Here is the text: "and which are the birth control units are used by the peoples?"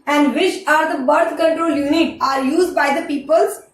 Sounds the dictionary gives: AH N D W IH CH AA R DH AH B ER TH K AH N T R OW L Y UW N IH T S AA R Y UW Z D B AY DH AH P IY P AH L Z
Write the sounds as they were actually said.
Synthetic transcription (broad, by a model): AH N D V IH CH AA R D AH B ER T K AH N T R OW L Y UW N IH T AA R Y UW Z D B AY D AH P IY P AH L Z